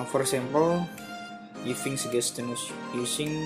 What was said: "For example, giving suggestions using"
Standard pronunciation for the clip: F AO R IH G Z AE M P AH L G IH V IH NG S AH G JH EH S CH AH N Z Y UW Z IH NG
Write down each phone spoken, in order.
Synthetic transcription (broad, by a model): F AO R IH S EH M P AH L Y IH F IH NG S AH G EH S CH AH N S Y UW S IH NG